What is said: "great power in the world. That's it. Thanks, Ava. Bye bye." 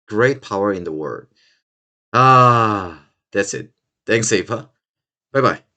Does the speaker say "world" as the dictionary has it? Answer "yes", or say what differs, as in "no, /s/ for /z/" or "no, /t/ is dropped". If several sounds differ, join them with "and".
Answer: no, /l/ is dropped